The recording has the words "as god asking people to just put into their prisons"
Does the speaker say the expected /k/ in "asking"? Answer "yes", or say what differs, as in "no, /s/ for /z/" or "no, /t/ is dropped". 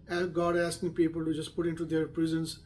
yes